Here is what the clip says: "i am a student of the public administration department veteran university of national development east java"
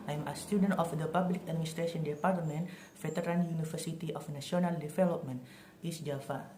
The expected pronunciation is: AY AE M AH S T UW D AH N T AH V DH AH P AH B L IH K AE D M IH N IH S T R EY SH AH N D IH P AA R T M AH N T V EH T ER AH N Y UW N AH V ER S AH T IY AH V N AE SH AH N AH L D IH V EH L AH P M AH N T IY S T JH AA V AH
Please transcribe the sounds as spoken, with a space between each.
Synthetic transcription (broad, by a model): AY M AH S T UW D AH N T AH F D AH P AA B L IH K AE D M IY N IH S T R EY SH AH N D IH P AA R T M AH N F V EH T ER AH N Y UW N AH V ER S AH T IY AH F N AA S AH N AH L D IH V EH L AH P M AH N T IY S JH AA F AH